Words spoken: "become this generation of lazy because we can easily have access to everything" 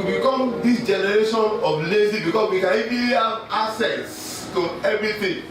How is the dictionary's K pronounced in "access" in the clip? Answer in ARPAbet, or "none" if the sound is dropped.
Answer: none